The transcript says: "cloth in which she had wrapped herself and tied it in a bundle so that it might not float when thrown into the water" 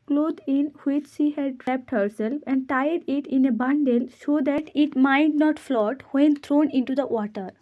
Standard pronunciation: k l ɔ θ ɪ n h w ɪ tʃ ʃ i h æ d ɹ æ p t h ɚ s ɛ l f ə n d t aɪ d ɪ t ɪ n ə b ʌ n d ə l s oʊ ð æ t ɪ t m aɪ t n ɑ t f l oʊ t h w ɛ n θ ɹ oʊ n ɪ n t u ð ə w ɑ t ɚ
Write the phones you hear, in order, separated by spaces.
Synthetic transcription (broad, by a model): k l ɔ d ɪ n h w ɪ tʃ ʃ i h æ d ɹ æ p t h ɚ s ɛ l f ə n d t aɪ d ɪ t ɪ n ə b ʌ n d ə l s oʊ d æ t ɪ t m aɪ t n ɑ t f l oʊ t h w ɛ n t ɹ oʊ n ɪ n t u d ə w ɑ t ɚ